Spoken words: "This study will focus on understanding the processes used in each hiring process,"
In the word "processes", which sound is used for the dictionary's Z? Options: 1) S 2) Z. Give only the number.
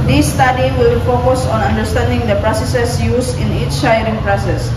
1